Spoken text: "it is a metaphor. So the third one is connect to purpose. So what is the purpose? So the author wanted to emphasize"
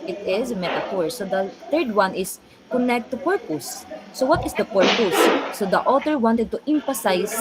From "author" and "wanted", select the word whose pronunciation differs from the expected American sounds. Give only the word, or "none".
author